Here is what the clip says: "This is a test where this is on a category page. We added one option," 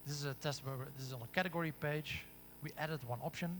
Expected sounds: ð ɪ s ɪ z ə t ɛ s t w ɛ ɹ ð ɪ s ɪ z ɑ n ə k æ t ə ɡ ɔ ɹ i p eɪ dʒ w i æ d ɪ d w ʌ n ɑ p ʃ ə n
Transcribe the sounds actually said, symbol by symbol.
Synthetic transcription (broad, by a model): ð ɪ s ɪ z ə t ɛ s t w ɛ w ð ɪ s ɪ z ɑ n ə k æ t ə ɡ ɔ ɹ i p eɪ dʒ w i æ d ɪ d w ʌ n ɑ p ʃ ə n